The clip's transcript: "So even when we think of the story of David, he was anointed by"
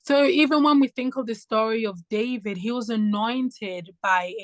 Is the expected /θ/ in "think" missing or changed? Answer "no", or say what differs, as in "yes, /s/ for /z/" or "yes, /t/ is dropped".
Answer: no